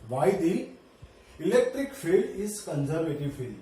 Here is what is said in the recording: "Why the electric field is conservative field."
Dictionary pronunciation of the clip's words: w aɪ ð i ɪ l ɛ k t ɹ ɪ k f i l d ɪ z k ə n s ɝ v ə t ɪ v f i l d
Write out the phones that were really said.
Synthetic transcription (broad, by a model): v aɪ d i ɪ l ɛ k t ɹ ɪ k f i l d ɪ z k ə n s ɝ v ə t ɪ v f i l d